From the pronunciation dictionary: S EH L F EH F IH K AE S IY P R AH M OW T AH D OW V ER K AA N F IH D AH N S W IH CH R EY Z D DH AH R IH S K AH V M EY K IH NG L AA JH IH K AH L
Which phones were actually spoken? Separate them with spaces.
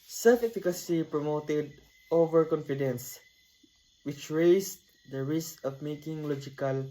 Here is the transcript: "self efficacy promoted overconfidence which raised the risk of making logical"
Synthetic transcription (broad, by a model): S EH L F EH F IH K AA S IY P R AH M OW T AH D OW V ER K AA N F IH D AH N S W IH CH R EY S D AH R IH S K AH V M EY K IH NG L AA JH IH K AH L